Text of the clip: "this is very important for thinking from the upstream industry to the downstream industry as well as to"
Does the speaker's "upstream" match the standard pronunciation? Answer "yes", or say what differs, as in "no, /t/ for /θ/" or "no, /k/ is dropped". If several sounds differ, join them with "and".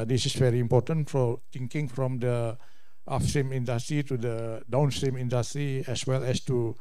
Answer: no, /f/ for /p/